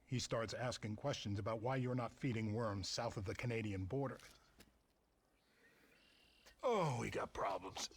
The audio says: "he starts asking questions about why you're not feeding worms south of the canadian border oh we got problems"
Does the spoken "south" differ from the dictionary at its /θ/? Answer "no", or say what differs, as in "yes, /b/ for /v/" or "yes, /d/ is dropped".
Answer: no